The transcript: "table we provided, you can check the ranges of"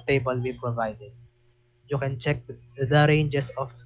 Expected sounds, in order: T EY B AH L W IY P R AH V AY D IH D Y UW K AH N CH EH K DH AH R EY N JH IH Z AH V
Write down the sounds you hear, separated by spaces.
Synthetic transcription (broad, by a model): T EY B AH L W IY P R AH V AY D IH D Y UW K AH N CH EH K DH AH R EY N JH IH S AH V